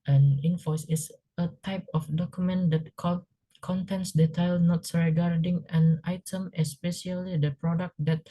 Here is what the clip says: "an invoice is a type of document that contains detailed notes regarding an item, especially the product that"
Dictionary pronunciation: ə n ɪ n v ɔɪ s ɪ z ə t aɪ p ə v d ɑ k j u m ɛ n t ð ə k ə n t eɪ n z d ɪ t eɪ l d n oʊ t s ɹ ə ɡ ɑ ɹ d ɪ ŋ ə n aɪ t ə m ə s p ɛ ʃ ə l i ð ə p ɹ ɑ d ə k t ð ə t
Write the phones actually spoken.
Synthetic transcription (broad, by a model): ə n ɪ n f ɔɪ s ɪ s ə t aɪ p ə f d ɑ k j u m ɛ n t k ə k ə n t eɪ n s d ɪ t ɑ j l n oʊ t s ɹ ə ɡ ɑ ɹ d ɪ ŋ ə n aɪ t ə m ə s p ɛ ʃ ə l i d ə p ɹ ɑ d ə k t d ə t